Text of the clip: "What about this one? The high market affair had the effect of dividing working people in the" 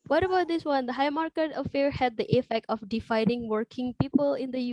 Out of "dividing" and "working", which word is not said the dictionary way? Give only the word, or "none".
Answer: dividing